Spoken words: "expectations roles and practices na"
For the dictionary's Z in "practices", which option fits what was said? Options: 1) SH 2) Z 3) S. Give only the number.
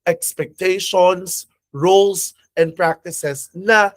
3